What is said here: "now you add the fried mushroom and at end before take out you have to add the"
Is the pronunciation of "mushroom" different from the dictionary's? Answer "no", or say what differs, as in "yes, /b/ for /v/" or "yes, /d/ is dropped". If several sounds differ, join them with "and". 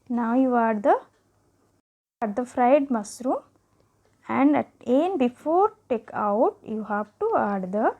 yes, /s/ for /ʃ/